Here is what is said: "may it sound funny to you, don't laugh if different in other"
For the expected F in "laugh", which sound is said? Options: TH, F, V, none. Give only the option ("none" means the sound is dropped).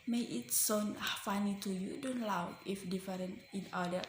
none